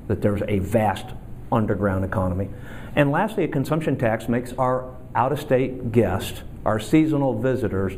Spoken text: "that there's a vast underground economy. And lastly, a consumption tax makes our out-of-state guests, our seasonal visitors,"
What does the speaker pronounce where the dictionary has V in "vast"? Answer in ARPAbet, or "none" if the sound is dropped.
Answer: V